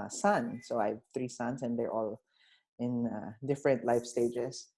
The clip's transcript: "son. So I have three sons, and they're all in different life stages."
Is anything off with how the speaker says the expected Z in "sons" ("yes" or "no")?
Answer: yes